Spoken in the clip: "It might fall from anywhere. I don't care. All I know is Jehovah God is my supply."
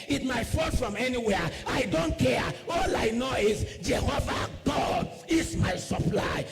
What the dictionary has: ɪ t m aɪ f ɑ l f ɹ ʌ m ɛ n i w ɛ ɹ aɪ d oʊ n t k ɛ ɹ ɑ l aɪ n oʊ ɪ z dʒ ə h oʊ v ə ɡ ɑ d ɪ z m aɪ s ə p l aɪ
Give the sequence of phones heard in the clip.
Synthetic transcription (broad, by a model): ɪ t m aɪ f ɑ n f ɹ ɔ m ɛ n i w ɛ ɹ aɪ d oʊ n t k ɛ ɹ ɑ l aɪ n oʊ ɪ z dʒ ə h oʊ v ə ɡ ɑ d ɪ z m aɪ s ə p l aɪ